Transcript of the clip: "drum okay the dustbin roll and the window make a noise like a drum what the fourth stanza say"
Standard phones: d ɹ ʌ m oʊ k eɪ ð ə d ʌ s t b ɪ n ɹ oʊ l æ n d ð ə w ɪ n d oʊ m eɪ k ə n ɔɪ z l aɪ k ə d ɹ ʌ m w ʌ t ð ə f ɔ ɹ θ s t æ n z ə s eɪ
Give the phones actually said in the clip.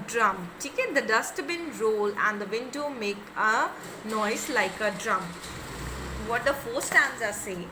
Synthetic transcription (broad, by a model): d ɹ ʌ m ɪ k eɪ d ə d ʌ s t b ɪ n ɹ oʊ l æ n d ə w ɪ n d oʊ m eɪ k ə n ɔɪ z l aɪ k ə d ɹ ʌ m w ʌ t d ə f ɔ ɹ s t æ n z ə s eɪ